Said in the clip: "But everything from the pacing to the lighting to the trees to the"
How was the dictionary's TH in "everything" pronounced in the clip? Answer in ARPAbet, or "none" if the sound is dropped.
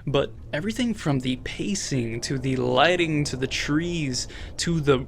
TH